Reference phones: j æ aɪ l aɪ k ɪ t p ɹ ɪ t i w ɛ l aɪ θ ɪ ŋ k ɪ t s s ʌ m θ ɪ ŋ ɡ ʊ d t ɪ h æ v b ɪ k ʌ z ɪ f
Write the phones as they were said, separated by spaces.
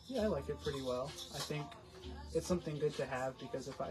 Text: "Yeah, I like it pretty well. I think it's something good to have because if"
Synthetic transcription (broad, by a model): j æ aɪ l aɪ k ɪ t p ɹ ɪ t i w ɛ l aɪ θ ɪ ŋ k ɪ t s s ʌ m θ ɪ ŋ ɡ ʊ d t ɪ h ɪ v b ɪ k ʌ z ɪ f